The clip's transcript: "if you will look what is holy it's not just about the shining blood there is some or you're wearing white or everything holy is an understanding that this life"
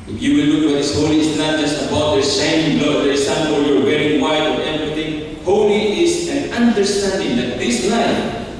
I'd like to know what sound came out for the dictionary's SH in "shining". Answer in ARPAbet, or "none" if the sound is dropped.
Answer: S